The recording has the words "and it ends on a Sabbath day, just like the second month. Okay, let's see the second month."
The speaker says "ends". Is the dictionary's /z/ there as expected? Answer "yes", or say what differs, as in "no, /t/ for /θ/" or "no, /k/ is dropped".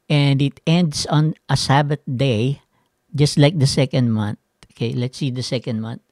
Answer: no, /s/ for /z/